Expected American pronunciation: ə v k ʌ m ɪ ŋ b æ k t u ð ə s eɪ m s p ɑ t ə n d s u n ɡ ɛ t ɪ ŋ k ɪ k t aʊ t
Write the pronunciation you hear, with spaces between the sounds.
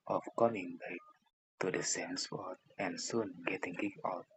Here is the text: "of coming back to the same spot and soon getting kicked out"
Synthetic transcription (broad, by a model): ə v k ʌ m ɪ ŋ b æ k t u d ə s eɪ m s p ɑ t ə n s u n ɡ ɛ t ɪ ŋ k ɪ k aʊ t